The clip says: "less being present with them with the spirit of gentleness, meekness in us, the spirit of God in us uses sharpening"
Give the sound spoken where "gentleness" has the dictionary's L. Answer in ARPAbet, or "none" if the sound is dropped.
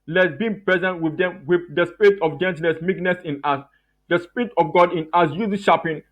none